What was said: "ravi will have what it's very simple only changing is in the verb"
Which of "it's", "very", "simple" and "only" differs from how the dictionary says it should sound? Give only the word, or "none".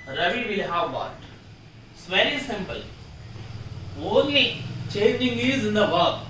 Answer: very